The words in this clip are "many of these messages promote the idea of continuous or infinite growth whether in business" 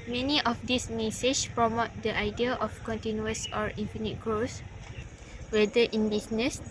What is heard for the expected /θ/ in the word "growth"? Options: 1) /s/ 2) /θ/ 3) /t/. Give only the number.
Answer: 1